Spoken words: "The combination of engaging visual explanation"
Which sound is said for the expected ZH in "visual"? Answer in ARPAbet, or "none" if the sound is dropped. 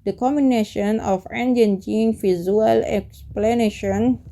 Z